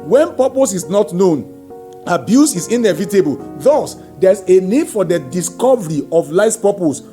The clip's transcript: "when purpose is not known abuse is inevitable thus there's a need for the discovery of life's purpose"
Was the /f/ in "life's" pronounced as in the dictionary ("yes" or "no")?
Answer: no